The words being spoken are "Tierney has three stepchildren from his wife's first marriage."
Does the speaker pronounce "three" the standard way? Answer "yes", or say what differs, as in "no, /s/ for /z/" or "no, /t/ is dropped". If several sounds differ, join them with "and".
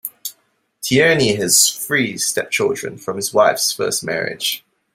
no, /f/ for /θ/